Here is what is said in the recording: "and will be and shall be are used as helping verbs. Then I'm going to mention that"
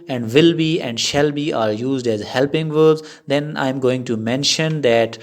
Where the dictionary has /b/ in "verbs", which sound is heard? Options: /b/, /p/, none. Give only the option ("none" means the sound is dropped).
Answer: none